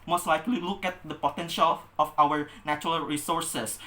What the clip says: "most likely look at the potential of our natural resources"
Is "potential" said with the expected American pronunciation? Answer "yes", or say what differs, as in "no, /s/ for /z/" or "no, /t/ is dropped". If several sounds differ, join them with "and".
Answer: yes